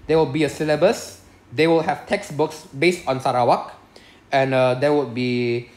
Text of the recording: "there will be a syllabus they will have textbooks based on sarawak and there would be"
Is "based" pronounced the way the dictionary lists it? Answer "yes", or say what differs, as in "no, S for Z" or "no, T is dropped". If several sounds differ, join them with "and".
yes